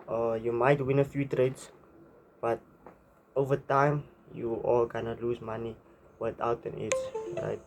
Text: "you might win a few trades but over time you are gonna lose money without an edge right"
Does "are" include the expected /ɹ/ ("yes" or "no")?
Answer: no